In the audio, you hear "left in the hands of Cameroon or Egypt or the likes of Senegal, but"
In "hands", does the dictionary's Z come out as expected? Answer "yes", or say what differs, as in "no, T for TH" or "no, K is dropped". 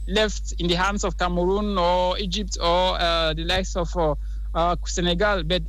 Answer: no, S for Z